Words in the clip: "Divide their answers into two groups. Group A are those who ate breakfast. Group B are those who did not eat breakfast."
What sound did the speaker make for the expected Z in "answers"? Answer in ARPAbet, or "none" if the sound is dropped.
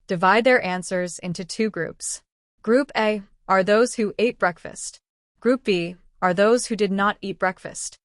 Z